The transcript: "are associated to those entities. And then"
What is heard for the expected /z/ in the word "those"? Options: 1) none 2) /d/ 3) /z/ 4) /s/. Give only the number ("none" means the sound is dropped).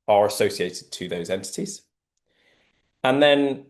3